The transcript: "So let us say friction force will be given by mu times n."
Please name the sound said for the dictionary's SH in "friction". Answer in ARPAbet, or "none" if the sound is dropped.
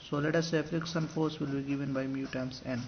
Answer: S